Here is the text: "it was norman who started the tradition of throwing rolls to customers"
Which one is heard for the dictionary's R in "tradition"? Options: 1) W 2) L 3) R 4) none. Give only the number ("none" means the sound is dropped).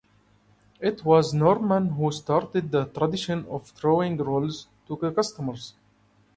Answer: 3